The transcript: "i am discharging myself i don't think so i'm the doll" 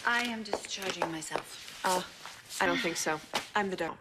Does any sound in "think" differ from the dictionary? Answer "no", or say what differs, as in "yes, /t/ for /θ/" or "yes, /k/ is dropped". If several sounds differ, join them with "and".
no